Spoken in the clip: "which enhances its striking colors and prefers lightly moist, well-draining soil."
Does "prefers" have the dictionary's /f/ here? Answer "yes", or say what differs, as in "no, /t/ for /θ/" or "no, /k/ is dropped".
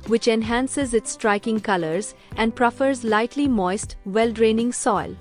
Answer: yes